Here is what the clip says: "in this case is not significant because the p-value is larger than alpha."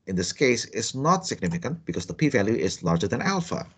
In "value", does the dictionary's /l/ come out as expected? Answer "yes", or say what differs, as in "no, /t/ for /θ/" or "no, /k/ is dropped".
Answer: yes